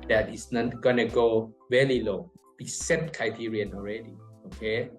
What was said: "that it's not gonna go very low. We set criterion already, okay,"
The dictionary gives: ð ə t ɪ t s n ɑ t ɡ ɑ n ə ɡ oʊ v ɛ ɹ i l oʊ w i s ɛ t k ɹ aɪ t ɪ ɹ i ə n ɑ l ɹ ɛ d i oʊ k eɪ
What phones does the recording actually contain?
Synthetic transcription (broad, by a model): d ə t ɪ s n ɑ t ɡ ɑ n ə ɡ oʊ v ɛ l i l oʊ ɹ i s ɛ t k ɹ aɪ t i ɹ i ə n ɑ l ɹ ɛ d i oʊ k eɪ